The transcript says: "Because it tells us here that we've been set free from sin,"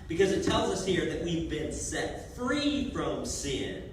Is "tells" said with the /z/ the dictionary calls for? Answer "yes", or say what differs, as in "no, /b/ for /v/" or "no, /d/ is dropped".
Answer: yes